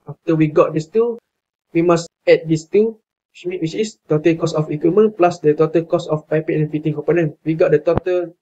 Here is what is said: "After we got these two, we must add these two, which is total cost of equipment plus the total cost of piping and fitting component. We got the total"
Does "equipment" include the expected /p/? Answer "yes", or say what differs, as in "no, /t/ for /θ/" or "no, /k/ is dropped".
no, /p/ is dropped